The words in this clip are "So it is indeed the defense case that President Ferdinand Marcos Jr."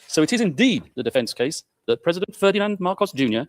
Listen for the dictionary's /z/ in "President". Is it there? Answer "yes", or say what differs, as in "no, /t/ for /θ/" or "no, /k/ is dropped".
yes